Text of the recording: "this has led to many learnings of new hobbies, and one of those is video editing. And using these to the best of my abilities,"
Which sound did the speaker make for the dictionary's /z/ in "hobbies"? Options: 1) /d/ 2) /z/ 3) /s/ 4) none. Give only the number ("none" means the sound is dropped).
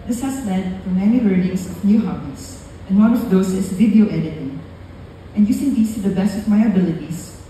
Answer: 3